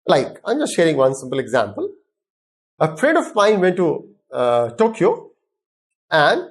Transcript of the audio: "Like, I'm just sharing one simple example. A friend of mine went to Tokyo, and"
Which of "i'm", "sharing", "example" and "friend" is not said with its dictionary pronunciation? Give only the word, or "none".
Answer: friend